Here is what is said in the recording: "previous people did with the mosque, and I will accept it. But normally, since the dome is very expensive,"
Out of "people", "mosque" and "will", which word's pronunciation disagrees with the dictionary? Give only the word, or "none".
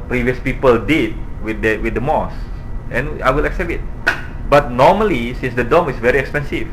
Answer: mosque